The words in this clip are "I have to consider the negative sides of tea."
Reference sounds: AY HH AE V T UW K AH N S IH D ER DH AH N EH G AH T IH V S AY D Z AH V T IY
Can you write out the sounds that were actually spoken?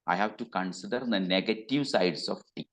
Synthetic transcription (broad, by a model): AY HH AE V T UW K AH N S IH D ER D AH N EH G AH T IH V S AY D S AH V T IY